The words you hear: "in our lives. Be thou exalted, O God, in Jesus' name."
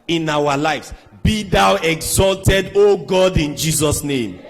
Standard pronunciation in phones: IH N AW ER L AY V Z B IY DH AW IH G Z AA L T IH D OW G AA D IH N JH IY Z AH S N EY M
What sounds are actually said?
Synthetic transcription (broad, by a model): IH N AW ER L AY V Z B IY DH AW IH G Z AA L T IH D OW G AA D IH N JH IY Z AH S N EY M